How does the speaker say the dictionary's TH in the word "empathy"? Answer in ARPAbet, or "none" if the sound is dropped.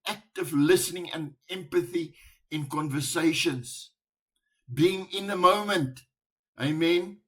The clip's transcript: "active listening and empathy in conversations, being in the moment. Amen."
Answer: TH